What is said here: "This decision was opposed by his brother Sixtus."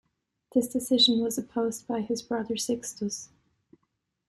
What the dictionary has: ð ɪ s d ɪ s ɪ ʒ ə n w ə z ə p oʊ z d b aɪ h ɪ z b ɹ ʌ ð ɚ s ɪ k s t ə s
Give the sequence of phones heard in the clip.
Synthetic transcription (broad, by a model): ð ɪ s d ɪ s ɪ ʒ ə n w ə z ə p oʊ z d b aɪ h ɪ z b ɹ ʌ ð ɚ s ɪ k s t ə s